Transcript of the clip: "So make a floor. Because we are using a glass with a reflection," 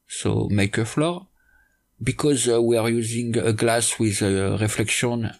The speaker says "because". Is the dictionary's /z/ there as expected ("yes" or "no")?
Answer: yes